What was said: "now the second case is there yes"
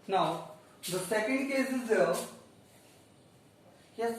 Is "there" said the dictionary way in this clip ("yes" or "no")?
no